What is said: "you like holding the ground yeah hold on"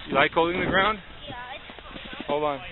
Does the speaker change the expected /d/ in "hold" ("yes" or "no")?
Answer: yes